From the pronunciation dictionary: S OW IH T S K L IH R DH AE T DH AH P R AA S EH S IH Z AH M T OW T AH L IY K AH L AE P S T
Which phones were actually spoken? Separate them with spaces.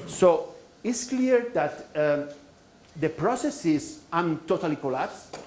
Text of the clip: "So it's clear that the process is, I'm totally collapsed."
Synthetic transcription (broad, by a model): S OW IH T S K L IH R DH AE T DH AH P R AA S EH S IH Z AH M T OW T AH L IY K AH L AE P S